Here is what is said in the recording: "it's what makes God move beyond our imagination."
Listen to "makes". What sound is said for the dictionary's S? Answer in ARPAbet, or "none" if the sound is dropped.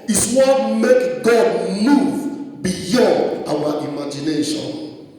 none